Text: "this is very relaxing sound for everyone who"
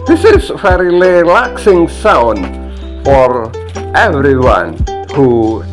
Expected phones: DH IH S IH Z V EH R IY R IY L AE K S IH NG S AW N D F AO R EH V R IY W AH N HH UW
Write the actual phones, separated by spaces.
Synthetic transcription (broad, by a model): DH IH S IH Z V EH R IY L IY L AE K S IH NG S AW N D F AO R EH V R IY W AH N HH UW